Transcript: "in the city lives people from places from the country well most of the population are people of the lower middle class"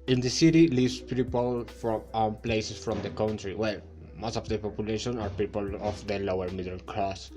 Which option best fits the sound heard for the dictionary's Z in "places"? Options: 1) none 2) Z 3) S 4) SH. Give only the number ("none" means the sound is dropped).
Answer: 3